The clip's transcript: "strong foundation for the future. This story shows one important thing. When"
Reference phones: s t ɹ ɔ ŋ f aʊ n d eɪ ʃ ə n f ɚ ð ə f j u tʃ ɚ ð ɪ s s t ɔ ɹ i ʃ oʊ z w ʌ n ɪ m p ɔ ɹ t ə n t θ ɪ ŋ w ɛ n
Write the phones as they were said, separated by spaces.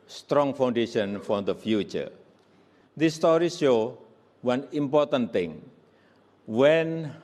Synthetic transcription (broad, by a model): s t ɹ ɔ ŋ f aʊ n d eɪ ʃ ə n f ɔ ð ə f j u tʃ ɚ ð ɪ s s t ɔ ɹ i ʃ oʊ w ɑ n ɪ m p ɔ ɹ t ə n t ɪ ŋ w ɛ n